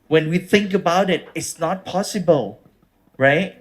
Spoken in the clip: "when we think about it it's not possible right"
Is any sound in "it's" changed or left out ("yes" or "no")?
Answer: no